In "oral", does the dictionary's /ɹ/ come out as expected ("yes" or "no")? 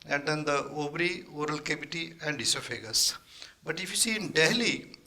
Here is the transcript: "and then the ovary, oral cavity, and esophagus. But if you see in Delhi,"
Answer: yes